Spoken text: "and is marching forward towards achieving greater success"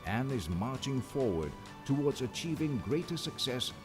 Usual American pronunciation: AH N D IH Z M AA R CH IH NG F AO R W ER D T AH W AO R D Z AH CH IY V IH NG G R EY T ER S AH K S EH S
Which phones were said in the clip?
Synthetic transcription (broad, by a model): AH N IH Z M AA R CH IH NG F AO R W ER D T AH W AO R D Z AH CH IY V IH NG G R EY T ER S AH K S EH S